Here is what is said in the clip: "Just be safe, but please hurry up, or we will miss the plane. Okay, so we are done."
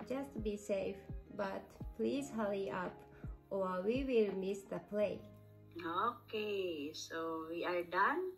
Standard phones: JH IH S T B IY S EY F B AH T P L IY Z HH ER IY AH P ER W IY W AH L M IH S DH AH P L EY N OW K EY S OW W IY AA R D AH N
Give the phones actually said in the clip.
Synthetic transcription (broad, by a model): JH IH S T B IY S EY F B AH T P L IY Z HH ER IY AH P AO W IY W AH L M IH S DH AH P L EY OW K EY S OW W IY AA R D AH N